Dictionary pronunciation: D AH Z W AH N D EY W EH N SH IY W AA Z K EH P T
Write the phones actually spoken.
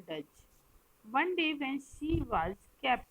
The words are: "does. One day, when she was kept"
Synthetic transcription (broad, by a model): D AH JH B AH N D EY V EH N S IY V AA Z K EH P